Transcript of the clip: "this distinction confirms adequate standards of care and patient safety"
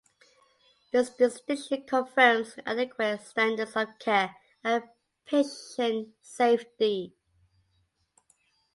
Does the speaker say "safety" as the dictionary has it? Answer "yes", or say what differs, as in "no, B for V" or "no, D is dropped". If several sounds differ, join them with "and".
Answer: yes